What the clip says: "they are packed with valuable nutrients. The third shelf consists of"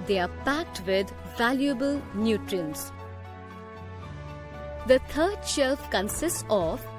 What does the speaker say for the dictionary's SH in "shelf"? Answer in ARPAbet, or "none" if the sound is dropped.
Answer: SH